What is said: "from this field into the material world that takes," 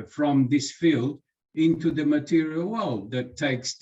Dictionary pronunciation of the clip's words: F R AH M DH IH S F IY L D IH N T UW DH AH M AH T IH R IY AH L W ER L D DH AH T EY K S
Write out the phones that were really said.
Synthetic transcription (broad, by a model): F R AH M DH IH S F IY L D IH N T UW DH AH M AH T IH R IY AH L W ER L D DH AH T EY K S